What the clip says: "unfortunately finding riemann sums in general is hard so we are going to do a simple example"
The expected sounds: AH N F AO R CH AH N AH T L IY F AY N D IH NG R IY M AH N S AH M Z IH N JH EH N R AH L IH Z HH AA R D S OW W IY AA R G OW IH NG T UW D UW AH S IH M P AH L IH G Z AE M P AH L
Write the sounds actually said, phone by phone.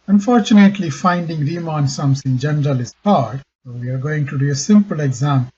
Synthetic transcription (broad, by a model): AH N F AO R CH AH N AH T L IY F AY N D IH NG R IY M AH N S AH M S IH N JH EH N R AH L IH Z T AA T S OW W IY AA R G OW IH NG T UW D UW AH S IH M P AH L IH G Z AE M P